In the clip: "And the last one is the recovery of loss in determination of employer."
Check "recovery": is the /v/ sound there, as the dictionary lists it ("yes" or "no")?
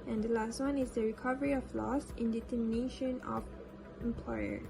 yes